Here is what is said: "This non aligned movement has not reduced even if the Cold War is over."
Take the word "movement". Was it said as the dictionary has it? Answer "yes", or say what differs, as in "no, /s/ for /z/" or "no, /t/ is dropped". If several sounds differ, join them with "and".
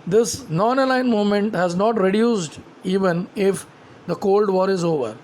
no, /v/ is dropped